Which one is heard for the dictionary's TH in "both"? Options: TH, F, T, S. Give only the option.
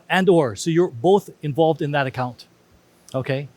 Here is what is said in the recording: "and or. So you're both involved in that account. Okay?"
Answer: TH